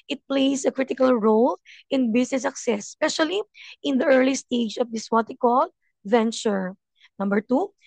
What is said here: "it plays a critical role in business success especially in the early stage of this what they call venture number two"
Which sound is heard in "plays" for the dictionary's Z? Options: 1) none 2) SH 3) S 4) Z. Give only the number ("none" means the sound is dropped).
3